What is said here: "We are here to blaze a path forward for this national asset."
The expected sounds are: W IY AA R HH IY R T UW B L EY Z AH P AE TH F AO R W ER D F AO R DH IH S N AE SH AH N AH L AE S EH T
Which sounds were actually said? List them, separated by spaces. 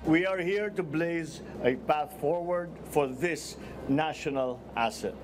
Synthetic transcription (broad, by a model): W IY AA R HH IY R T UW B L EY Z AH P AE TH F AO R W ER D F AO R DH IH S N AE SH AH N AH L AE S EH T